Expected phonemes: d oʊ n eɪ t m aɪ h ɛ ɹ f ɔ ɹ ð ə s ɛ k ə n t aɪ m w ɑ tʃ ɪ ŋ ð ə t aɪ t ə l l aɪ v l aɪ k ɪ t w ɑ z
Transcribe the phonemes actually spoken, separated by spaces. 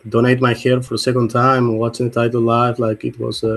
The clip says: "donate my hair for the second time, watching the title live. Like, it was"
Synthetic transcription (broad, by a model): d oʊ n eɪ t m aɪ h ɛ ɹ f ɔ ɹ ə s ɛ k ə n t aɪ m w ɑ s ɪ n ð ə t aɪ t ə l l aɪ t l aɪ k ɪ t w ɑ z